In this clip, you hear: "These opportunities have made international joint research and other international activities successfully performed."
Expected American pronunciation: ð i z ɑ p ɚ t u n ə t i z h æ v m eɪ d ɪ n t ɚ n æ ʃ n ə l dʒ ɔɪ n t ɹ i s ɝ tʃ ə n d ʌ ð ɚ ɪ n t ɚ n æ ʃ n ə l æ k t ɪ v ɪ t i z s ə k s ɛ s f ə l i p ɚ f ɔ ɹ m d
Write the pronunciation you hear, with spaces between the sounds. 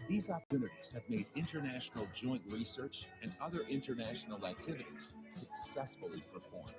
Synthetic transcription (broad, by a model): ð i z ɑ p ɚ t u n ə t i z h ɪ v m eɪ d ɪ n t ɚ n æ ʃ n l dʒ ɔɪ n t ɹ i s ɝ tʃ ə n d ʌ ð ɚ ɪ n t ɚ n æ ʃ n l æ k t ɪ v ɪ t i z s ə k s ɛ s f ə l i p ɚ f ɔ ɹ m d